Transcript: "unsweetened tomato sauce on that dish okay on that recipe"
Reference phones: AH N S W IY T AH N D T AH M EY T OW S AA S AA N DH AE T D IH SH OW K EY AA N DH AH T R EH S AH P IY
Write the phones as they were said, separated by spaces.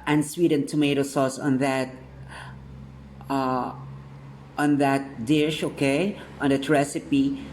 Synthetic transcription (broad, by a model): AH N S W IY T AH N T AH M EY T OW S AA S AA N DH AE T D IH SH OW K EY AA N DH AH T R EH S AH P IY